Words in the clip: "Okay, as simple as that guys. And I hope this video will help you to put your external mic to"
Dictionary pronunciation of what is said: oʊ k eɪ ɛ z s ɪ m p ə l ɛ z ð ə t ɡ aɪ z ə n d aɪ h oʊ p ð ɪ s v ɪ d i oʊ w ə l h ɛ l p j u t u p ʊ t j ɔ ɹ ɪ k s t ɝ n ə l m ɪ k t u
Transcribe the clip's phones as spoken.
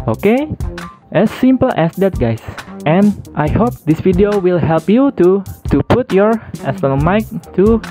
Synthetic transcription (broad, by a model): oʊ k eɪ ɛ s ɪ m p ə l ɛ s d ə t ɡ aɪ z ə n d aɪ h oʊ p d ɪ s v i d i oʊ w ə l h ɛ l p j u t u p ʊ t j ɔ ɹ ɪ s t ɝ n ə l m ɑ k t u